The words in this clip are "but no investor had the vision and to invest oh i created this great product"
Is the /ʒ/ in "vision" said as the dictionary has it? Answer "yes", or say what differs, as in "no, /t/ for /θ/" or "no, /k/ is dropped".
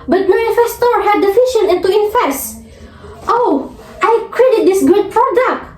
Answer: no, /ʃ/ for /ʒ/